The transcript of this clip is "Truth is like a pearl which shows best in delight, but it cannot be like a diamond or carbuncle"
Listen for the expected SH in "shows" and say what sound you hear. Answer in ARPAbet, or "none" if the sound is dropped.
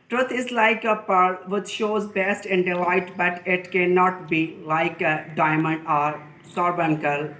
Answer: SH